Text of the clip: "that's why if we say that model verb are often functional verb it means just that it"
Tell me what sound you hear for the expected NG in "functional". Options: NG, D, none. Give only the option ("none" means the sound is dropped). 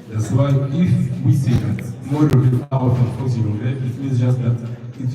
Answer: none